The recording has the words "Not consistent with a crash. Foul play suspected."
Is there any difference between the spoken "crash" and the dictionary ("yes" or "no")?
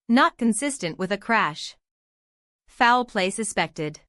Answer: no